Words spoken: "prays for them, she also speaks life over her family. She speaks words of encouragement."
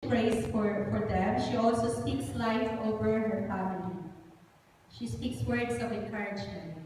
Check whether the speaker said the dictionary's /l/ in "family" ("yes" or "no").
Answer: no